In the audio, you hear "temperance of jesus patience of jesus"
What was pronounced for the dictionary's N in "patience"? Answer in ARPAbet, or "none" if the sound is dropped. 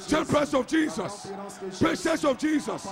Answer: none